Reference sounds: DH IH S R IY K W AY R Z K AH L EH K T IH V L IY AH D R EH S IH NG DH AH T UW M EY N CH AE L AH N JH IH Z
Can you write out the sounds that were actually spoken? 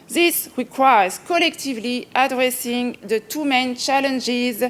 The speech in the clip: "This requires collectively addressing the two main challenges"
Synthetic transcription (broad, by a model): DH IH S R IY K W AY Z K AH L EH K T IH V L IY AH D R EH S IH NG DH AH T UW M EY N CH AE L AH N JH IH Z